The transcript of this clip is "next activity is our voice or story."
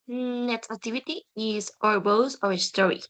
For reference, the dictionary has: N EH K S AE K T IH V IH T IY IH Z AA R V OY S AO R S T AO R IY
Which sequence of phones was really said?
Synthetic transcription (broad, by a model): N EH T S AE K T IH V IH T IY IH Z AA R B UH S AO R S T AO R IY